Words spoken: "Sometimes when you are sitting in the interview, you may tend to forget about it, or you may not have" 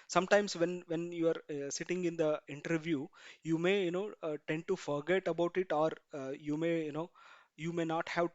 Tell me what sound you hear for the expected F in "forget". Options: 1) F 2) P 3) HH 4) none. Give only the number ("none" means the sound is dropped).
1